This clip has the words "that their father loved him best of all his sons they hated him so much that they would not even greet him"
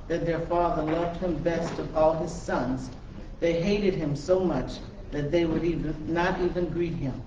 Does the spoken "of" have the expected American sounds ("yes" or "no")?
yes